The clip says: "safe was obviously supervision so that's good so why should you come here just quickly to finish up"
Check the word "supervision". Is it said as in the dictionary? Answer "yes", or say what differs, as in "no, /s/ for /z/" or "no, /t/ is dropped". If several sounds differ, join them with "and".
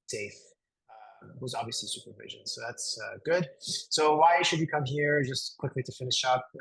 yes